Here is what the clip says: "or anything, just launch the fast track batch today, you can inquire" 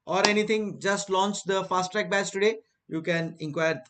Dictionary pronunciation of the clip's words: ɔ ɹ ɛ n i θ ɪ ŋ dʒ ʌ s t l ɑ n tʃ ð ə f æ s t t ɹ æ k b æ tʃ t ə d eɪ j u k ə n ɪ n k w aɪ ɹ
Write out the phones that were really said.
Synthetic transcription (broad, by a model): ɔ ɹ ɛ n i t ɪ ŋ dʒ ʌ s t l ɑ n tʃ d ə f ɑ s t t ɹ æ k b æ s t ə d eɪ j u k ə n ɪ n k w aɪ ɹ